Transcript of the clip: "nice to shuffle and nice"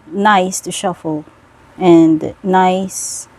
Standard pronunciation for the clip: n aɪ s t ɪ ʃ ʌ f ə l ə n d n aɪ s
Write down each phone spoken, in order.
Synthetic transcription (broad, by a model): n aɪ s t ɪ ʃ ʌ f ə l ə n d n aɪ s